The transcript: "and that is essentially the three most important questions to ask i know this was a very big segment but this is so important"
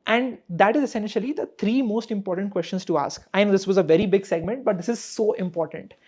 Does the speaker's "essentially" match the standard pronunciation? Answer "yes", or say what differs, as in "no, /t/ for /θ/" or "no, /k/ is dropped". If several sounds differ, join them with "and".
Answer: yes